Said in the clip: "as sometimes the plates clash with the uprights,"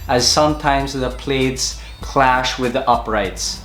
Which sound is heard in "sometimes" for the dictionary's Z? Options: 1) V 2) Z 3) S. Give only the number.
2